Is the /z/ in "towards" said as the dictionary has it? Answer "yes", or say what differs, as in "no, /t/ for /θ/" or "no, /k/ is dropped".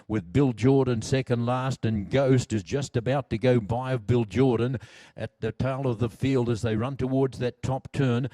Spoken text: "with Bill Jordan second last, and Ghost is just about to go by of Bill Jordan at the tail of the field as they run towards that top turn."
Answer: yes